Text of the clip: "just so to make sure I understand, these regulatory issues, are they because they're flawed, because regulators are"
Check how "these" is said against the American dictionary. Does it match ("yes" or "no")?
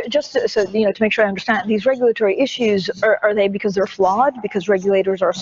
yes